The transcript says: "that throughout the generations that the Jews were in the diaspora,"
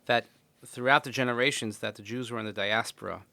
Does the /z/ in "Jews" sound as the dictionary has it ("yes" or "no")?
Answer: yes